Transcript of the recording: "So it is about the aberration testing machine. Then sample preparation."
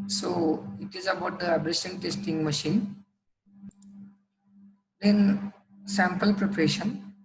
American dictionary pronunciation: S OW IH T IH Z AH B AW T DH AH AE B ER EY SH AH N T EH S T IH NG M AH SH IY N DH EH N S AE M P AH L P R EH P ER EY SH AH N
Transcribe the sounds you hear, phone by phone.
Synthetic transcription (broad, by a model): S OW IH T IH Z AH B AW T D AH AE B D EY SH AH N T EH S T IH NG M AH SH IY N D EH N S AE M P AH L P R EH P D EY SH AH N